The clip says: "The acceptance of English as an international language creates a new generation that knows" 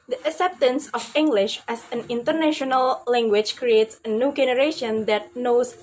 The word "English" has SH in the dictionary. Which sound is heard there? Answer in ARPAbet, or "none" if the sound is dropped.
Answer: SH